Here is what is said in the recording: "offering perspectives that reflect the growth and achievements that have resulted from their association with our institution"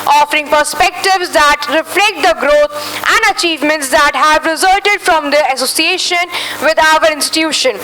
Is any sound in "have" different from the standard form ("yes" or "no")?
no